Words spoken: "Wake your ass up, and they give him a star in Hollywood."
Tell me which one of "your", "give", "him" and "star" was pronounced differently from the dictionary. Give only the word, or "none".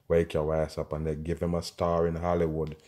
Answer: your